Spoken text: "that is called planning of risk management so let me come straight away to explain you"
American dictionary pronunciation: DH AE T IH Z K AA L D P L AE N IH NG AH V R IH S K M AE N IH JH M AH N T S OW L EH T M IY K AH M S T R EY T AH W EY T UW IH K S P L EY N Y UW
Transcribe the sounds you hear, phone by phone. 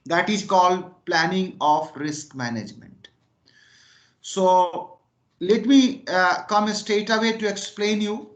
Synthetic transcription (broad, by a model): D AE T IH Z K AA L D P L AE N IH NG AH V R IH S K M AE N IH JH M AH N T S OW L EH T M IY K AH M S T EY T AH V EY T UW IH K S P L EY N Y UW